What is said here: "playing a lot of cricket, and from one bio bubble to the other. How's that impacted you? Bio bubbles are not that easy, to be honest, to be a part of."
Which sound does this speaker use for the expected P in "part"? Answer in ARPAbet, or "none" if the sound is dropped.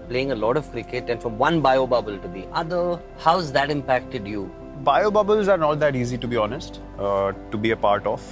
P